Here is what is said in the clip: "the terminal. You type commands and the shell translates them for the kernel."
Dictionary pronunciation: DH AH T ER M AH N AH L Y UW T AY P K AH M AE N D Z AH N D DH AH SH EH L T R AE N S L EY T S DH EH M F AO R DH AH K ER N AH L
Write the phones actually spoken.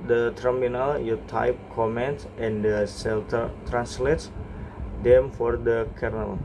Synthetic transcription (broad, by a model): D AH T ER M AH N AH L Y UW T AY P K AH M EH N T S AH N D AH S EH L T R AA N S L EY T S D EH M F AO R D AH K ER N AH L